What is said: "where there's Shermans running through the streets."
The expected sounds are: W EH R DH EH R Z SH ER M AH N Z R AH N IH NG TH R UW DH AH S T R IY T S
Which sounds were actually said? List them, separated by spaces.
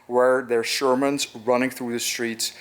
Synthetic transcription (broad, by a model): W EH R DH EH R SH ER M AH N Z R AH N IH NG TH R UW DH AH S T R IY T S